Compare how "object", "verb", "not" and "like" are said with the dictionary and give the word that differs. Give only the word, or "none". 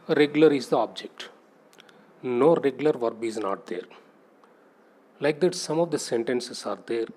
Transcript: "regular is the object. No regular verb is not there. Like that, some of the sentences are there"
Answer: none